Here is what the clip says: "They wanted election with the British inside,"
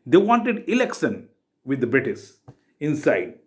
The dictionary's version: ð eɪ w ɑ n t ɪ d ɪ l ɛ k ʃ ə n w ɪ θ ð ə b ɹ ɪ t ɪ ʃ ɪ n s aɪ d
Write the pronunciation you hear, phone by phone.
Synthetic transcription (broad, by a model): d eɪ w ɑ n t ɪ d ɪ l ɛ k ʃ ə n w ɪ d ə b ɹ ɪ t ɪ s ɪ n s aɪ d